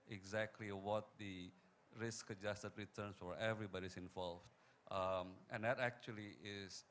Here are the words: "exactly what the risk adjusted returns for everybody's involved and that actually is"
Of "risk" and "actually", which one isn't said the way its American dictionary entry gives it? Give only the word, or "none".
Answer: none